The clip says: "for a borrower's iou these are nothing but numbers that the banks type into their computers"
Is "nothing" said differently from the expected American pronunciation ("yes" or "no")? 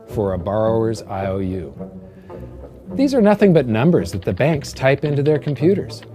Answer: no